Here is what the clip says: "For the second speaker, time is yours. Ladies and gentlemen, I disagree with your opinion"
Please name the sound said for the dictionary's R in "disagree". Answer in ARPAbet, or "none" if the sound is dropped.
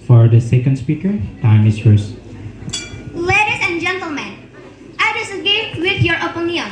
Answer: none